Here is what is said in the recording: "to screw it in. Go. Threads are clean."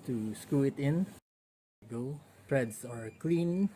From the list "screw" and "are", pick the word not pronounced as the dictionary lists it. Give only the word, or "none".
screw